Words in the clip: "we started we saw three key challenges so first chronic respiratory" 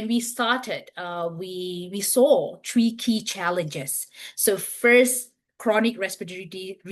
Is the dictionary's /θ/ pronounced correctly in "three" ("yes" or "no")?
no